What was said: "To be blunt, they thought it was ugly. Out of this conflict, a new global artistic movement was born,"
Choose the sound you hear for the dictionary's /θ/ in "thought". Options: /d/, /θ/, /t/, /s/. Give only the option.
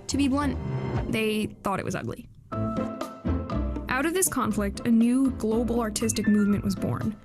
/θ/